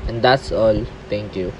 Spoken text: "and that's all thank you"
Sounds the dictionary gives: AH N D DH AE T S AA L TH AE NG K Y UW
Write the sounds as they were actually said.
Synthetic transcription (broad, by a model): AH N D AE T S AA L T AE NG K Y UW